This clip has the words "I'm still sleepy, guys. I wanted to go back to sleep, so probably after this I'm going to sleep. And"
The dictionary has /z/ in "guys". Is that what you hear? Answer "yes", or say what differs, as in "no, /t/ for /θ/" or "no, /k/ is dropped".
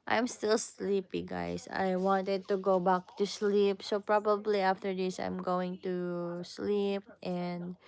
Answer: no, /s/ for /z/